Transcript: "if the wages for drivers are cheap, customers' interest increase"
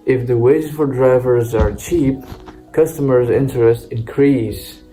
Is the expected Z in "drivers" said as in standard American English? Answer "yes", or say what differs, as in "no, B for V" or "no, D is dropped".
yes